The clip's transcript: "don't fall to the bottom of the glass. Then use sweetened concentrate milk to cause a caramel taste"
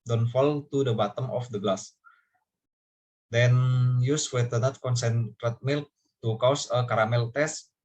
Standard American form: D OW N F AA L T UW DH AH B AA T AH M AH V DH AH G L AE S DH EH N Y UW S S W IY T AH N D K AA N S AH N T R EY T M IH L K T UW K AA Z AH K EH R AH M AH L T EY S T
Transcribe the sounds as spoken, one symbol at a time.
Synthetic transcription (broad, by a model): D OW N F AA L T UW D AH B AA T AH M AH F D AH G L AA S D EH N Y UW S S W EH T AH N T K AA N S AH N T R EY T M IH L K T UW K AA S AH K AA R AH M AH L T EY S